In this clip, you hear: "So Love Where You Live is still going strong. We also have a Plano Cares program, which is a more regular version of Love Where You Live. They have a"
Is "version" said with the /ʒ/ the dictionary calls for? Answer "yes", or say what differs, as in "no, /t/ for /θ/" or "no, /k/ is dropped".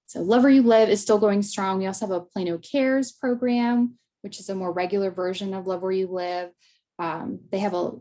yes